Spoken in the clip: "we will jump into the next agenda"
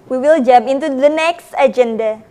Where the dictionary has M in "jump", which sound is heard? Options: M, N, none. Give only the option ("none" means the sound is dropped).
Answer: none